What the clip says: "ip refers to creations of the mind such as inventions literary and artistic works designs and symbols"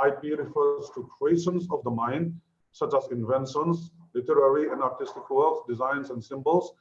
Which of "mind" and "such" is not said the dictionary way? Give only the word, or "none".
none